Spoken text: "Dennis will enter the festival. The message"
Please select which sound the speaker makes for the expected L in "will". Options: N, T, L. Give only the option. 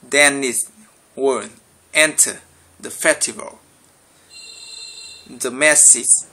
N